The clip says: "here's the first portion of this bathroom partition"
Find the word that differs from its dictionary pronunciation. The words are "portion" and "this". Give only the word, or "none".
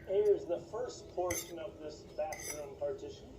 none